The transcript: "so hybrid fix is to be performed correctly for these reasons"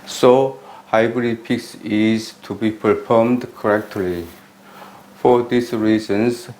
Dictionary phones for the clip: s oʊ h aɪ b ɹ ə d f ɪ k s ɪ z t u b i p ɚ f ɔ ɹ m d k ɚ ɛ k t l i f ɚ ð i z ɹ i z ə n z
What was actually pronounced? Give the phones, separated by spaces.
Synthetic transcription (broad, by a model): s oʊ h aɪ b ɹ ə d p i k s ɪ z t u b i p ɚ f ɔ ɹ m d k ɚ ɛ k t l i f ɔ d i s ɹ i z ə n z